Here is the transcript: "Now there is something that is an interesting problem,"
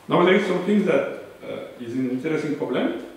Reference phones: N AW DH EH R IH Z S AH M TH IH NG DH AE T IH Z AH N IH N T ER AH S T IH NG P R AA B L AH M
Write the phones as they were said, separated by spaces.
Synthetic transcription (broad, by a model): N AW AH L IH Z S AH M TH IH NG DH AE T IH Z AH N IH N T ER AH S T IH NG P R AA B L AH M